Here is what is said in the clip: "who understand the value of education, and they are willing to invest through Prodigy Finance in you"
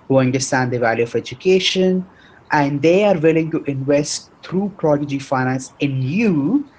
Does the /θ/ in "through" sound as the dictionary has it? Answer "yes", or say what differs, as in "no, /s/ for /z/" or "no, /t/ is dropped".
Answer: no, /t/ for /θ/